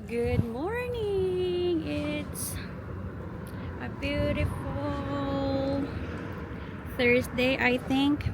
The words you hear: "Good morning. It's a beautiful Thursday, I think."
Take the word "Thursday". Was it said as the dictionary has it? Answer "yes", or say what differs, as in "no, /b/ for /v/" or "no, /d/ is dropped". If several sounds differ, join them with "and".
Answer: no, /s/ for /z/